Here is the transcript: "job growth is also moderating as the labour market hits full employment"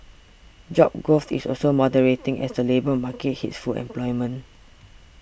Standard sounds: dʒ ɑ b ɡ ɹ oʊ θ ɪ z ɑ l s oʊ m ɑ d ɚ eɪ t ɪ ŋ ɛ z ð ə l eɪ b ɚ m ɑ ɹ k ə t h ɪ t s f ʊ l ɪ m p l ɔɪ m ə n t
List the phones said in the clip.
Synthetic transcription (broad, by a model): dʒ ɑ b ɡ oʊ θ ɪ s ɑ l s oʊ m ɑ d ɚ eɪ t ɪ ŋ ɛ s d ə l eɪ b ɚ m ɑ k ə t h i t s f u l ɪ m p l ɔɪ m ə n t